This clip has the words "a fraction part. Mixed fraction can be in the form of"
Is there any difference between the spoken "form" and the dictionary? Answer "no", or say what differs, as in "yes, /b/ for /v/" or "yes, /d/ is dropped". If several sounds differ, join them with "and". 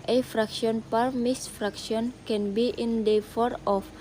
yes, /m/ is dropped